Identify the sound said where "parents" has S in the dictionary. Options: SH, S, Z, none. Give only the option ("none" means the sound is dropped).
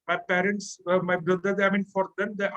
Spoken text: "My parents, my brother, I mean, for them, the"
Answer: S